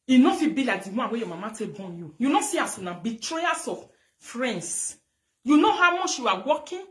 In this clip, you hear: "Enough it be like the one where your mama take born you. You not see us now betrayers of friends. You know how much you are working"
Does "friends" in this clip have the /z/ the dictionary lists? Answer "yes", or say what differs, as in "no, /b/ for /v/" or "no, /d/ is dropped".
no, /s/ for /z/